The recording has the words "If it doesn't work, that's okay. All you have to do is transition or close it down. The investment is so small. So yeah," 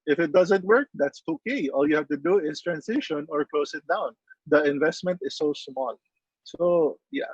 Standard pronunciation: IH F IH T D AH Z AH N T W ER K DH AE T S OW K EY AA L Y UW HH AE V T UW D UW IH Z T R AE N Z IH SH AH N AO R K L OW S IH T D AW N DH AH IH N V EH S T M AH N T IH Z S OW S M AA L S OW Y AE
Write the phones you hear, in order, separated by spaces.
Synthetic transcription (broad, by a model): IH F IH T D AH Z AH N T W ER K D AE T S OW K EY AA L Y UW HH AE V T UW D UW IH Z T R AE N S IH SH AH N AO R K L OW S IH T D AW N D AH IH N V EH S T M AH N T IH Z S OW S M AA L S OW Y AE